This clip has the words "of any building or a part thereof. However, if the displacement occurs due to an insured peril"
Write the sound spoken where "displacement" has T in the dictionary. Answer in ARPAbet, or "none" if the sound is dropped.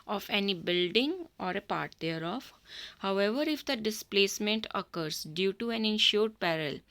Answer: T